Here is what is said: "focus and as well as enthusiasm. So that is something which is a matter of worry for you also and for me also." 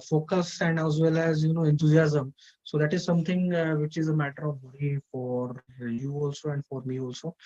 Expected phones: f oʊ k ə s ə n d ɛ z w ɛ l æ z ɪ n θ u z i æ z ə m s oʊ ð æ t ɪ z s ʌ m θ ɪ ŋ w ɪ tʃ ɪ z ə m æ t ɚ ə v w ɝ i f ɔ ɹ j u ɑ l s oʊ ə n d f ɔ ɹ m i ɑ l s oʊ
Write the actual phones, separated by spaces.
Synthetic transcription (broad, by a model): f oʊ k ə s ə n d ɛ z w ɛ l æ z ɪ n t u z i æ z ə m s oʊ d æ t ɪ z s ʌ m t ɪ ŋ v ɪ tʃ ɪ z ə m æ t ɚ ə v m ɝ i f ɔ ɹ j u ɑ l s oʊ ə n d f ɔ ɹ m i ɑ l s oʊ